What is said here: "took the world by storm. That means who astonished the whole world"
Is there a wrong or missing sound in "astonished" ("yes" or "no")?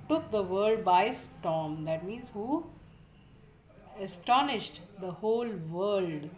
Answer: no